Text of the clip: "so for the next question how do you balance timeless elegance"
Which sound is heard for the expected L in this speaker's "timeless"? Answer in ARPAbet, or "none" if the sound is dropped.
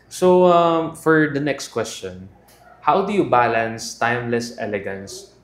L